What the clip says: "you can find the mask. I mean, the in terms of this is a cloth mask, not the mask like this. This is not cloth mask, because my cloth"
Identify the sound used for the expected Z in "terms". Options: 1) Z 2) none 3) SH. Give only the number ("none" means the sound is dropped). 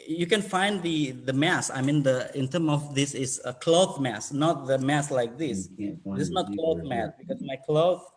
2